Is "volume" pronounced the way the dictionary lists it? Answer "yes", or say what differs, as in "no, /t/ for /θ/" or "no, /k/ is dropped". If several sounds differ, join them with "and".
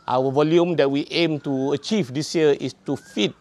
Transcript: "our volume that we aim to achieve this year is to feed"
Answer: yes